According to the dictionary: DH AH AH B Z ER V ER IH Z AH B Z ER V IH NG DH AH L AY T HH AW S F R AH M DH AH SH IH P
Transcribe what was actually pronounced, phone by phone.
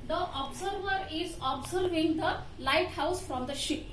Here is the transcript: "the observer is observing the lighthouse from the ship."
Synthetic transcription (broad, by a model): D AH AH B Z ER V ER IH Z AH B Z ER V IH NG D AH L AY T HH AW S F R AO M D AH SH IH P